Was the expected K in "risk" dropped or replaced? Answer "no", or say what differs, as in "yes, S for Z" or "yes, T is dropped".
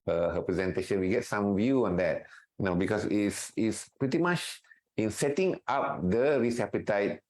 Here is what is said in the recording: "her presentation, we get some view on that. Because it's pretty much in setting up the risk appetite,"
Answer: yes, K is dropped